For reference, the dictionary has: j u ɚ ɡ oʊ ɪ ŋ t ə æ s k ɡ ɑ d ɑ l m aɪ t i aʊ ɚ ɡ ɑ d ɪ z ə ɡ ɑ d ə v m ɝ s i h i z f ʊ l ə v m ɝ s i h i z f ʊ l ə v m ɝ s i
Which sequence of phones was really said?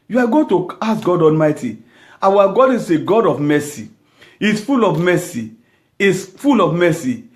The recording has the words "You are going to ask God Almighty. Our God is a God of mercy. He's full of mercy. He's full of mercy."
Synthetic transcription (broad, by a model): j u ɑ ɡ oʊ t ə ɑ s ɡ ɑ d ɑ l m aɪ t i aʊ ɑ ɡ ɑ d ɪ s ə ɡ ɑ d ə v m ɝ s i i s f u l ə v m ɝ s i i s f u l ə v m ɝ s i